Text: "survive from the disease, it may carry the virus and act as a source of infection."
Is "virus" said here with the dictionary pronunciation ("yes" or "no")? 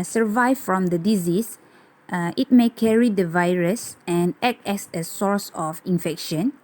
yes